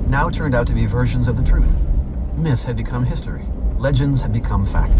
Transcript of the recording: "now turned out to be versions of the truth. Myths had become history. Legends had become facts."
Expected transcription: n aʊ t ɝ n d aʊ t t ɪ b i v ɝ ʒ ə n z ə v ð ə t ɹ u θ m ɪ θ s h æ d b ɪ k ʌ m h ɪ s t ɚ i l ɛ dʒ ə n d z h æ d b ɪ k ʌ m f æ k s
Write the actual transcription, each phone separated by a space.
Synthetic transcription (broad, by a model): n aʊ t ɝ n d aʊ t t ɪ b i v ɝ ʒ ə n z ə v ð ə t ɹ u θ m ɪ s h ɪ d b ɪ k ʌ m h ɪ s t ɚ i l ɛ dʒ ə n d z h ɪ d b ɪ k ʌ m f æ k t